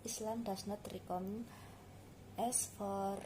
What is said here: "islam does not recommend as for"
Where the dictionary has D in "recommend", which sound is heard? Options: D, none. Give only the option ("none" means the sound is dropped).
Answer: none